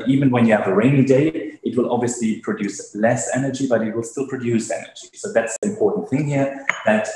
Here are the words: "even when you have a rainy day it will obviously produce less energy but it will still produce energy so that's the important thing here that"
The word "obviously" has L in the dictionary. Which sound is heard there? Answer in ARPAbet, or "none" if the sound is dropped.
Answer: L